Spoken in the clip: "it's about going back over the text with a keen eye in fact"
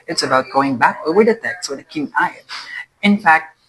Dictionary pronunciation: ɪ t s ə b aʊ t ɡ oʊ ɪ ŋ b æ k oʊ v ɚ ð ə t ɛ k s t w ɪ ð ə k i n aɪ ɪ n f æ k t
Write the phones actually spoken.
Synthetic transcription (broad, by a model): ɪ t s ə b aʊ t ɡ oʊ ɪ ŋ b æ k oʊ ɚ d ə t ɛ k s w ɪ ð ə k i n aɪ ɪ n f æ k t